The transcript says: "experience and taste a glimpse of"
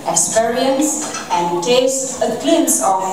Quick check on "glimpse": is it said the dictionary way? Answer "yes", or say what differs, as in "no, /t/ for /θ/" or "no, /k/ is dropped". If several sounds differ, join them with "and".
no, /p/ is dropped